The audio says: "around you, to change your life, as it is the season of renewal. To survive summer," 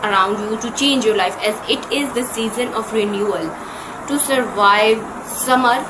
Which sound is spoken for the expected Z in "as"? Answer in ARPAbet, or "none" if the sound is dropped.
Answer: Z